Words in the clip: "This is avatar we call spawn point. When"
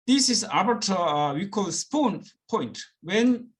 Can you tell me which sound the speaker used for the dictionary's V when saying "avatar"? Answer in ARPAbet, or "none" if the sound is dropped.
B